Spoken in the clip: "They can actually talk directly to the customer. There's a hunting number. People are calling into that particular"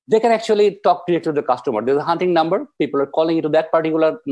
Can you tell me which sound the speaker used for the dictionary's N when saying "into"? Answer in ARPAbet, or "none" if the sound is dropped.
none